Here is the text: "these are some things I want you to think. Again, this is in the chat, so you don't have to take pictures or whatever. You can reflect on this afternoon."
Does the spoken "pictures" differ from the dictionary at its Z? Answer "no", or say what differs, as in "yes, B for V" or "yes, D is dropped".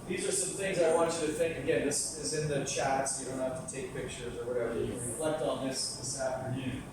no